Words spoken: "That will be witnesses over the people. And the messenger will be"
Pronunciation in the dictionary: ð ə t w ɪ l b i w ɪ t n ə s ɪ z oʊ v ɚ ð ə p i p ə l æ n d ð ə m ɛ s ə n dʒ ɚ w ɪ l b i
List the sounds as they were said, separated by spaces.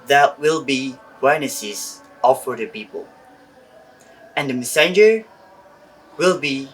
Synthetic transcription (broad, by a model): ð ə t w ɪ l b i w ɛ n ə s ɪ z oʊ f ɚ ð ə p i p ə l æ n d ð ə m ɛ s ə n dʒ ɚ w ɪ l b i